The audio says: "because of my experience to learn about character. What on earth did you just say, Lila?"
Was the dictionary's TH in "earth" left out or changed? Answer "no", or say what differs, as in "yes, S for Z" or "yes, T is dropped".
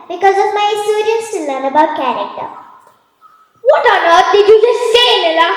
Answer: yes, T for TH